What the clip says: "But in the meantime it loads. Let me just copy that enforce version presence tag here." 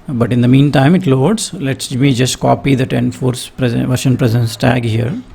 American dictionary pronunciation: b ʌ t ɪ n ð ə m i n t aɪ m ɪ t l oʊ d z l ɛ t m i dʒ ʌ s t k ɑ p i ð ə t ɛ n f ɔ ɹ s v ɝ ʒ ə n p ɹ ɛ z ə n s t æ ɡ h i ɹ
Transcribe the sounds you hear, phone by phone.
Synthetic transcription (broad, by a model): b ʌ t ɪ n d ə m i n t aɪ m ɪ t l oʊ d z l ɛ t m i dʒ ʌ s t k ɑ p i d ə t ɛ n f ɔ ɹ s v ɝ ʃ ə n p ɹ ɛ z ə n s t æ ɡ h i ɹ